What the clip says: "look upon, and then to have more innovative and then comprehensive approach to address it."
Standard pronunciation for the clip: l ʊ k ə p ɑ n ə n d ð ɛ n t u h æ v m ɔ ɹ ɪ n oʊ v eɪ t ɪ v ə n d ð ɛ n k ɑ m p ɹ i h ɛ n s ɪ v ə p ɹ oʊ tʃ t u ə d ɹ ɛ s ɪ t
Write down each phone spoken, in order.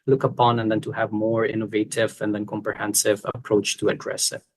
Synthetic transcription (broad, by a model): l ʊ k ə p ɑ n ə n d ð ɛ n t u h æ v m ɔ ɹ ɪ n oʊ v eɪ t ɪ v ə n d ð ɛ n k ɑ m p ɹ i h ɛ n s ɪ v ə p ɹ oʊ tʃ t u ə d ɹ ɛ s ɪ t